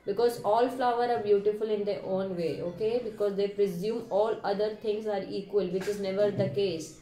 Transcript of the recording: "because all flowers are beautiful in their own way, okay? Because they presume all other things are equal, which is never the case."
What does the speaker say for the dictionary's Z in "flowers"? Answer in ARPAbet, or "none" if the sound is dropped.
none